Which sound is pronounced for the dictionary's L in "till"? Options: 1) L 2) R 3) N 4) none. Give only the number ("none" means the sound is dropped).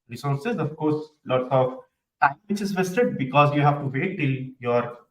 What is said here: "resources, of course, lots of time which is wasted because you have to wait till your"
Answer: 1